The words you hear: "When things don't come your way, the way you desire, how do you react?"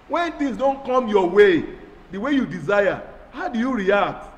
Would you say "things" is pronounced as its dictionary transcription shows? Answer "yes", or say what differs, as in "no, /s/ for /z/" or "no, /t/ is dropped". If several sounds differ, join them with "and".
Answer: no, /t/ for /θ/